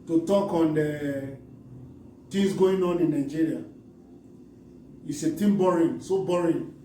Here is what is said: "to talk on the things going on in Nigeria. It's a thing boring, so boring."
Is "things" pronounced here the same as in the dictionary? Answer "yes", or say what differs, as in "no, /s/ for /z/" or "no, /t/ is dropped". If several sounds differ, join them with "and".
no, /t/ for /θ/